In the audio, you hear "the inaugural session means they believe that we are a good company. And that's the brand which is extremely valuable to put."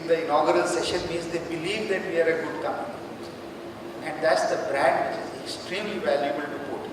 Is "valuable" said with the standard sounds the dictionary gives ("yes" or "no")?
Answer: yes